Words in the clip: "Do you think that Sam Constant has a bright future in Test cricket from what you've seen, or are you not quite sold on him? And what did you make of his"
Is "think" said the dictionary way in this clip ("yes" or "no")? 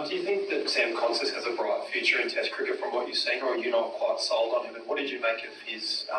yes